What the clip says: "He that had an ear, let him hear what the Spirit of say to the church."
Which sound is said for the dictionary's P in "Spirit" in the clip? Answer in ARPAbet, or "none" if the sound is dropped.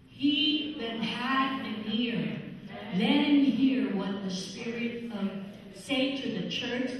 P